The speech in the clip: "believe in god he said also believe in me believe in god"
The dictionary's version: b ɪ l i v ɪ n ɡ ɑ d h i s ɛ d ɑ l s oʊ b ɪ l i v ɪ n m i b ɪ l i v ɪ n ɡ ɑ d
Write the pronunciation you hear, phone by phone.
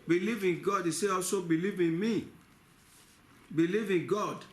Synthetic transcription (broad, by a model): b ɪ l i v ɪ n ɡ ɑ d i s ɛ ɑ l s oʊ b ɪ l i v ɪ n m i b ɪ l i v ɪ n ɡ ɑ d